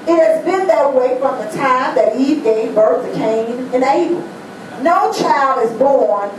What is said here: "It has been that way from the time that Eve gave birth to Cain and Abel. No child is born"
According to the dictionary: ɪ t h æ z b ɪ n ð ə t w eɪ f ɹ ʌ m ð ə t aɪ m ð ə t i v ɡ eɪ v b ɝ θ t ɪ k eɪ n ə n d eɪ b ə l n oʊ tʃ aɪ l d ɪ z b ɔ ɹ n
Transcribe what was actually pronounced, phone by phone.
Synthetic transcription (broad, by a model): ɪ t h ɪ z b ɪ n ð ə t w eɪ f ɹ ʌ m ð ə t aɪ m ð ə t i v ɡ eɪ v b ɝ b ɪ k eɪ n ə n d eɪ ə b n oʊ tʃ aɪ l d ɪ z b ɔ ɹ n